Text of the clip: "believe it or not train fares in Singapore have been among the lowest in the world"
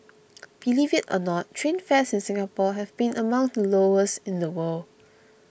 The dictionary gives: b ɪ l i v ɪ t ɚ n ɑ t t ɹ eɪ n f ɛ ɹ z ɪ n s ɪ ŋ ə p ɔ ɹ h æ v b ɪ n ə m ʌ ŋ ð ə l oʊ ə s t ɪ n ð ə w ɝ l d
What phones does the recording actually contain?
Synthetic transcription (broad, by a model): b ɪ l i v ɪ t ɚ n ɑ t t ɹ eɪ n f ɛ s ɪ n s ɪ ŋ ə p ɔ h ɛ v b ɪ n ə m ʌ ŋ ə l oʊ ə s ɪ n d ə w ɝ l